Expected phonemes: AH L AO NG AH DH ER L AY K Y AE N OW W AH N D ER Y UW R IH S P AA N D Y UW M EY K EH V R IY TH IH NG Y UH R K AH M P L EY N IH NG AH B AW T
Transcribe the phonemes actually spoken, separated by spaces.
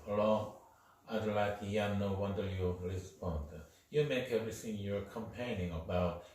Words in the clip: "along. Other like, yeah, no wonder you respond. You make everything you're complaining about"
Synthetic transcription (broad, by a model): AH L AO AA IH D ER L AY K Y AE N OW W AH N D ER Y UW L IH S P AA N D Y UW M EY K EH V R IY TH IH NG Y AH R K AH M P EY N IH NG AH B AW T